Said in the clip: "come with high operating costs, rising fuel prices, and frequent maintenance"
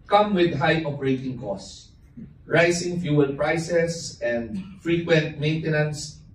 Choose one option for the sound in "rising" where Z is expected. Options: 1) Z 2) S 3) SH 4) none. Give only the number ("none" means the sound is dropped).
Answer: 2